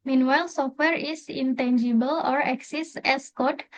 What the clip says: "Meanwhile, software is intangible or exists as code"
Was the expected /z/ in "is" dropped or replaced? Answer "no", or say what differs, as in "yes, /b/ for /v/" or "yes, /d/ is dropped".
yes, /s/ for /z/